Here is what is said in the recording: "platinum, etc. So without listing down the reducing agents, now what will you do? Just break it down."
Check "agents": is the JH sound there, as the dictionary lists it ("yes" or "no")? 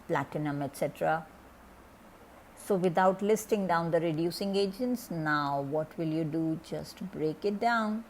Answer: yes